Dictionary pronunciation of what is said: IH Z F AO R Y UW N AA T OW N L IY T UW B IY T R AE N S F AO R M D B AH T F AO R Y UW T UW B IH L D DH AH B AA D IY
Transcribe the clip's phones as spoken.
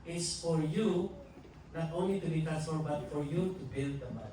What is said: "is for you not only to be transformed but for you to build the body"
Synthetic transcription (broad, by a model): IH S F AO R Y UW N AA T OW N L IY T UW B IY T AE S AO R B AH T F AO R Y UW T UW B IH L D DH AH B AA